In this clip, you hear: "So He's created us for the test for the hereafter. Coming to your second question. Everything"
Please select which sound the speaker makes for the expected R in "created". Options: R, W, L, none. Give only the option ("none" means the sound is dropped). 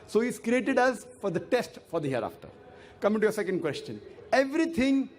R